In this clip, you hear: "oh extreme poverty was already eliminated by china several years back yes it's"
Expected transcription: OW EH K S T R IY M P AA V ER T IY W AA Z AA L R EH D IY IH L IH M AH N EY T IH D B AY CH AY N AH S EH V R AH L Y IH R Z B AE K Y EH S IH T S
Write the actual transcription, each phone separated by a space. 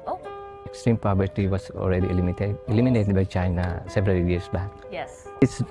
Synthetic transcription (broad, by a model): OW EH K S T R IY M P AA B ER T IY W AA S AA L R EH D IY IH L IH M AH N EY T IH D B AY CH AY N AH S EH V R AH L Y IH R S B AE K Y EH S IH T S